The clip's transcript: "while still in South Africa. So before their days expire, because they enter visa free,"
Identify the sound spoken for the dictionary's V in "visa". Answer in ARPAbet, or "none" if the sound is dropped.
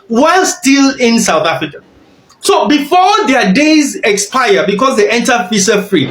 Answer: F